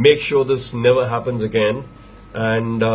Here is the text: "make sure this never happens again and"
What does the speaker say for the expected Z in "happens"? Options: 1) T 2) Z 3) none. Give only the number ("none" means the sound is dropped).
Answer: 2